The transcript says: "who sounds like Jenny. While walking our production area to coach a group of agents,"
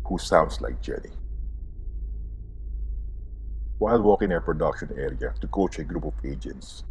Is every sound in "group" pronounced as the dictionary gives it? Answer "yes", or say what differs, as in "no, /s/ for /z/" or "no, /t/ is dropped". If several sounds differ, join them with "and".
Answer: yes